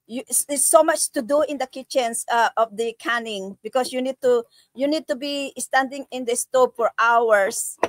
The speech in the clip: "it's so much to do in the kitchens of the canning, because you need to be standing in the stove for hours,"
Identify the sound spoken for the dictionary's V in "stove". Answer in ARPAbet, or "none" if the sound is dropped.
P